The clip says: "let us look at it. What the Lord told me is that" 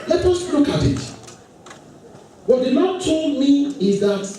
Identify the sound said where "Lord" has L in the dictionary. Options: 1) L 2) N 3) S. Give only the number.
2